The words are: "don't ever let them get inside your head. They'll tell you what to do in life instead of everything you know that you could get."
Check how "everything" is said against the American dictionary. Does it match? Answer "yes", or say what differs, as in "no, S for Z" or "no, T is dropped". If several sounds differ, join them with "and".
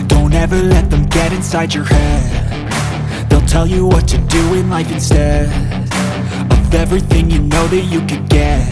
yes